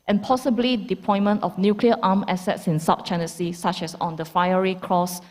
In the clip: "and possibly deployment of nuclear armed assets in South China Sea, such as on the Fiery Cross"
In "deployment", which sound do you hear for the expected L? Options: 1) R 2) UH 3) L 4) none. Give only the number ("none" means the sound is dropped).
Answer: 4